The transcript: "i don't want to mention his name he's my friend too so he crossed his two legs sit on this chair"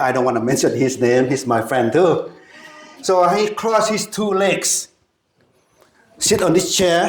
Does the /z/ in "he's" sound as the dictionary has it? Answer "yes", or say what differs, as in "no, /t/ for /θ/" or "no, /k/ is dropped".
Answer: no, /s/ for /z/